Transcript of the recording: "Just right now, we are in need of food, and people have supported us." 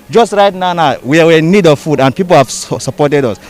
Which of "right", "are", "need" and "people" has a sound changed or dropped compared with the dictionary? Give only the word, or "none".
are